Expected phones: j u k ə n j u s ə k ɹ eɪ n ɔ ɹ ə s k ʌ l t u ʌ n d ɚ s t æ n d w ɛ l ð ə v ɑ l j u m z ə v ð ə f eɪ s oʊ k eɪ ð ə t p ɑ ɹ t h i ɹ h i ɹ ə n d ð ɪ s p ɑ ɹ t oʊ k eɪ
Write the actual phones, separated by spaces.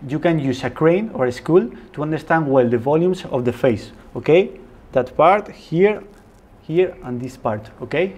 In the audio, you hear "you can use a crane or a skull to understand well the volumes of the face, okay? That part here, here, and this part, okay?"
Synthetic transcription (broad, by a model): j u k ə n j u s ə k ɹ eɪ n ɔ ɹ ə s k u l t u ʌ n d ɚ s t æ n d w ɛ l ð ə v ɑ l j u m s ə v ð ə f eɪ s oʊ k eɪ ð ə t p ɑ ɹ t h i ɹ h i ɹ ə n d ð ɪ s p ɑ ɹ t oʊ k eɪ